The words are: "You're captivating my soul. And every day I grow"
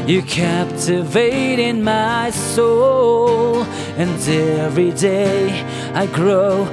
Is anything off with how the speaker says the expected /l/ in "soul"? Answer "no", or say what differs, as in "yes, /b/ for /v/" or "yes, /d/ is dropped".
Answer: no